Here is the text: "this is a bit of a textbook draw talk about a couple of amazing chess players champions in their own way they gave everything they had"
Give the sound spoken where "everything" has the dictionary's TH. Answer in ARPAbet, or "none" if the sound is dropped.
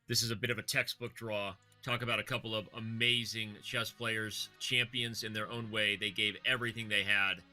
TH